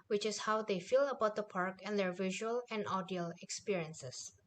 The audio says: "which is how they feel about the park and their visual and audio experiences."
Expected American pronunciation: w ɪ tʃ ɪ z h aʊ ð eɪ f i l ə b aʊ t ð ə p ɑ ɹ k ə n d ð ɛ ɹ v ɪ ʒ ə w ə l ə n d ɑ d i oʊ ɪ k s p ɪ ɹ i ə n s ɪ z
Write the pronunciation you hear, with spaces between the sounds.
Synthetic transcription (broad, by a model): w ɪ tʃ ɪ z h aʊ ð eɪ f i l ə b aʊ t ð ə p ɑ ɹ k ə n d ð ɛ ɹ v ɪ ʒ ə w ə l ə n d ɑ d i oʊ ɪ k s p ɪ ɹ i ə n s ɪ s